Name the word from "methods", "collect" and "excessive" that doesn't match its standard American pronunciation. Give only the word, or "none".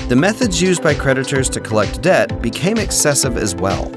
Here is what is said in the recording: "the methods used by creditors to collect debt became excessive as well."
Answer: none